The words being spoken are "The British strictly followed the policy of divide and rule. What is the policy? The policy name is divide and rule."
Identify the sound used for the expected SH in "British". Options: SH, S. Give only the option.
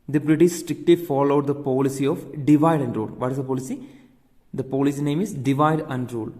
S